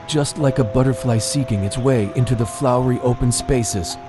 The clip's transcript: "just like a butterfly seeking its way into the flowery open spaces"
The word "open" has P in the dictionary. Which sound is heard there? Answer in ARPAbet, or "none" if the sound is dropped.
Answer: P